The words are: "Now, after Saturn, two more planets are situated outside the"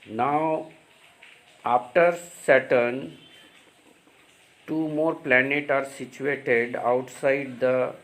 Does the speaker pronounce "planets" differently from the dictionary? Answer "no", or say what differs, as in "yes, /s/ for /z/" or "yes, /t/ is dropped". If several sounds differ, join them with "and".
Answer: yes, /s/ is dropped